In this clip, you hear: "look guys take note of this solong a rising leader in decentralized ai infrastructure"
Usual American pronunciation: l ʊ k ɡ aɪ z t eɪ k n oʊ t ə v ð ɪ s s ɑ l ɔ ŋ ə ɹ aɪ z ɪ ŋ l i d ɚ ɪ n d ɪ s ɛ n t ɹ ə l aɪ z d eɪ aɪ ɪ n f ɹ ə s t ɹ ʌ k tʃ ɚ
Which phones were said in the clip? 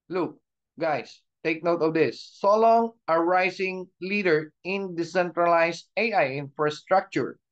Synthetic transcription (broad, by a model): l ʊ k ɡ aɪ s t eɪ k n oʊ t ə v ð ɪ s s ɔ l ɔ ŋ ə ɹ aɪ s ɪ ŋ l i d ɚ ɪ n d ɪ s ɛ n t ɹ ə l aɪ s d eɪ aɪ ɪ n f ɹ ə s t ɹ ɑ k tʃ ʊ